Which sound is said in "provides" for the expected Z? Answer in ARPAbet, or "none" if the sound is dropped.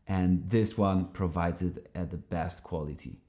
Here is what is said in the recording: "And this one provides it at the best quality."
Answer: Z